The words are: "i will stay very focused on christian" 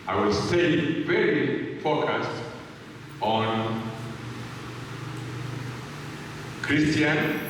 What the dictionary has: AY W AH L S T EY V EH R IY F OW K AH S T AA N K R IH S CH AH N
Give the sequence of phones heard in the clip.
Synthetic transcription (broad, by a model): AY W AH L S T EY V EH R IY P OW K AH S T AA N K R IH S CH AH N